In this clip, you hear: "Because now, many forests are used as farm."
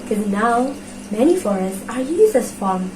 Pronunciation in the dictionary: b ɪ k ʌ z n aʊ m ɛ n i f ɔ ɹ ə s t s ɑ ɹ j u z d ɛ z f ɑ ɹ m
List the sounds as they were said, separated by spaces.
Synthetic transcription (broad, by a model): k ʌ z n aʊ m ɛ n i f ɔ ɹ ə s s ɑ ɹ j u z ɛ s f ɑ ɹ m